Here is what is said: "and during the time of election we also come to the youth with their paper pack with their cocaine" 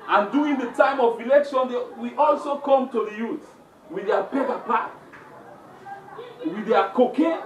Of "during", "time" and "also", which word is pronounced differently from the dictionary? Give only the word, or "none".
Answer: during